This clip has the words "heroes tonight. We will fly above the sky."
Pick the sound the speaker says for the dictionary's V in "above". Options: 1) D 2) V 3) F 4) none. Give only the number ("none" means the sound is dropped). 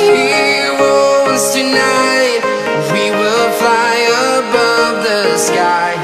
2